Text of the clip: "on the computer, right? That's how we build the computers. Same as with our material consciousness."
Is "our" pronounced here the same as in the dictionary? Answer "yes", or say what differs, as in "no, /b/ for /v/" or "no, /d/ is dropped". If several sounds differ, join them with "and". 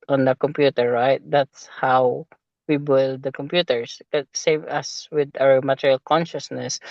no, /w/ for /ɹ/